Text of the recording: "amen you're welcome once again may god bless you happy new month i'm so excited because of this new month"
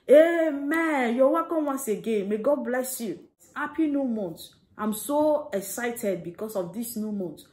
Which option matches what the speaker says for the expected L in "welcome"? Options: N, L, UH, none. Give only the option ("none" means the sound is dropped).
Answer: none